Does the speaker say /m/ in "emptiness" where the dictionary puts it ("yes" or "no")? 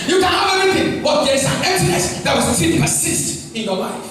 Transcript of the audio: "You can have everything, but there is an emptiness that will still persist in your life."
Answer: no